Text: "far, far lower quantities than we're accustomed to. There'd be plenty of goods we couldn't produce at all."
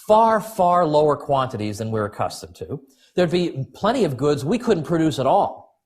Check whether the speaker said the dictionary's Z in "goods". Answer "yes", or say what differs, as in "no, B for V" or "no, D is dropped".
yes